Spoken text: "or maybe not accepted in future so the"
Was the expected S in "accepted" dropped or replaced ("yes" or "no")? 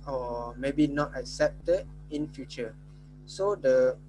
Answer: no